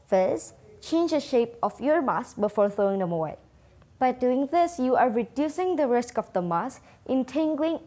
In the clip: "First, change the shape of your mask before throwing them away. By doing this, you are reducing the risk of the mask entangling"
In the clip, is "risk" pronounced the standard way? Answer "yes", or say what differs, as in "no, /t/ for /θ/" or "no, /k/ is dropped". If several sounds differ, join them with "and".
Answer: yes